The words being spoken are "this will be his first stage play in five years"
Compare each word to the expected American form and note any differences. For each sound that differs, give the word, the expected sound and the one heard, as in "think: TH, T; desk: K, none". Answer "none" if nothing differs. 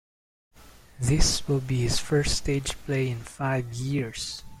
years: Z, S